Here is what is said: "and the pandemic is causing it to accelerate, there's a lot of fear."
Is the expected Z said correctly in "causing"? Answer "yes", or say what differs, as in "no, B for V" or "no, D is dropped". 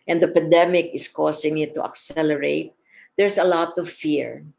no, S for Z